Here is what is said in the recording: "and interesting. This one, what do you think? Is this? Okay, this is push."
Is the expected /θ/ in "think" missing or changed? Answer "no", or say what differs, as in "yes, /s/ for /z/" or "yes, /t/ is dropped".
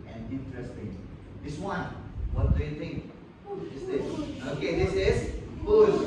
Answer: yes, /t/ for /θ/